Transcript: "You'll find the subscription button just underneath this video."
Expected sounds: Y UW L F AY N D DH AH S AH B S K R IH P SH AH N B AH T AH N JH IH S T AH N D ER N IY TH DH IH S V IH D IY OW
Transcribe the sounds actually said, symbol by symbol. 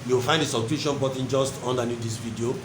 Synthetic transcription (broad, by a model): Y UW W F AY N D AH S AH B K UW SH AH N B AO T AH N JH IH S T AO N D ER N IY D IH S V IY D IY OW